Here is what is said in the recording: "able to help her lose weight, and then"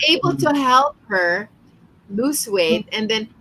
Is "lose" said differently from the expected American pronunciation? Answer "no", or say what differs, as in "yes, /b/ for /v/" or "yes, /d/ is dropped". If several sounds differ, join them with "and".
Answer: yes, /s/ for /z/